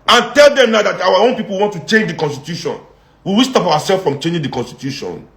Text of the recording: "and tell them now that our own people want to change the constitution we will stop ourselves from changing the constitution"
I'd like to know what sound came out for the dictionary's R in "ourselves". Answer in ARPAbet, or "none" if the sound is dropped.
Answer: W